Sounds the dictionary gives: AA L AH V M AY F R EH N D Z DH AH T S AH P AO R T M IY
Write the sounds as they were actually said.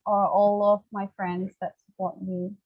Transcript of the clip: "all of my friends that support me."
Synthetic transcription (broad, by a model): AA L AH V M AY F R EH N D Z DH AH T S AH P AO R T M IY